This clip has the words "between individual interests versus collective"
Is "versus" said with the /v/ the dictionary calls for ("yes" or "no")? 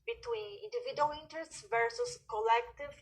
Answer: yes